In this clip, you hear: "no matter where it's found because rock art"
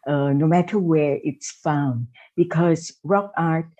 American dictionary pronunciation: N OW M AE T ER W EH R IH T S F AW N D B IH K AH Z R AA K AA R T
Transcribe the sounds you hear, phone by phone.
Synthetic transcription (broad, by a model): N OW M AE T ER W EH R IH T S F AW N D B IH K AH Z R AA K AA R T